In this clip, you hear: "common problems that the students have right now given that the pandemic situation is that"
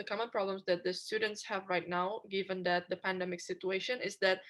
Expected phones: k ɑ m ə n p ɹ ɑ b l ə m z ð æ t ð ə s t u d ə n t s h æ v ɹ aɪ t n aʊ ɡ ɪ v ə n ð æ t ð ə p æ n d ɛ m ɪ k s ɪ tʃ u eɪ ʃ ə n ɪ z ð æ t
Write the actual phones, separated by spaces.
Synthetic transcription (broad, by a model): k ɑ m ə n p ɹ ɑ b l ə m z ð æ t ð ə s t u d ə n t s h æ v ɹ aɪ t n aʊ ɡ ɪ v ə n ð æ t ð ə p æ n d ɛ m ɪ k s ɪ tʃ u eɪ ʃ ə n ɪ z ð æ t